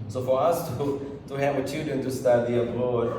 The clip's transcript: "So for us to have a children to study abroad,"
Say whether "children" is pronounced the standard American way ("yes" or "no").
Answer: no